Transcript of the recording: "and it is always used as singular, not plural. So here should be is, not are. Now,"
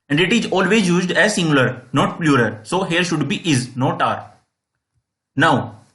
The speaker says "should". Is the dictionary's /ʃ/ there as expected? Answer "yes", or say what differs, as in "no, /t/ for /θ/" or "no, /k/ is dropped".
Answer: yes